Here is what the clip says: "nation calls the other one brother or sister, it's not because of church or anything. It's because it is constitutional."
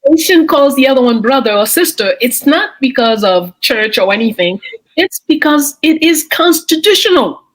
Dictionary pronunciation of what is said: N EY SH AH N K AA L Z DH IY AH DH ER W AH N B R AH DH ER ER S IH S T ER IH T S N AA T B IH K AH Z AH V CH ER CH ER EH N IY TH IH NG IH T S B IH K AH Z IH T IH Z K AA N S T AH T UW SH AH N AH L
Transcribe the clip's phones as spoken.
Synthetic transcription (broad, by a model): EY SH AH N K AA L Z DH IY AH DH ER W AH N B R AH DH ER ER S IH S T ER IH T S N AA T B IH K AH Z AH V CH ER CH ER EH N IY TH IH NG IH T S B IH K AH Z IH T IH Z K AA N S T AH T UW SH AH N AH L